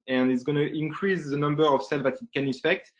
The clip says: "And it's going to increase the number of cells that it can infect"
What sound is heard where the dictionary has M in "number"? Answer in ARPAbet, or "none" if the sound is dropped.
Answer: M